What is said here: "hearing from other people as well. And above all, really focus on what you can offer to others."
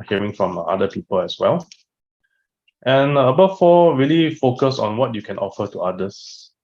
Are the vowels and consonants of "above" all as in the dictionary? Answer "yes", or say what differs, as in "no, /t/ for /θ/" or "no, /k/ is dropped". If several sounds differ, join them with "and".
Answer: no, /f/ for /v/